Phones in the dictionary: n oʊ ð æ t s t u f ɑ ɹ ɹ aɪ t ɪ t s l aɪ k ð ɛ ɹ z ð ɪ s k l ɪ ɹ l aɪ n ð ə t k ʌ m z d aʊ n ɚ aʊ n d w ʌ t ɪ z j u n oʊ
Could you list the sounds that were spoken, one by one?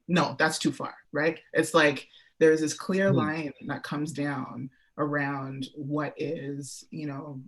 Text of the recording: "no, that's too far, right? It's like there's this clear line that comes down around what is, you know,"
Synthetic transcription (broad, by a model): n oʊ ð æ t s t u f ɑ ɹ ɹ aɪ t ɪ t s l aɪ k ð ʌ ɹ z ð ɪ s k l ɪ ɹ l aɪ n ð ə t k ʌ m z d aʊ n ɚ aʊ n d w ʌ t ɪ z j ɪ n oʊ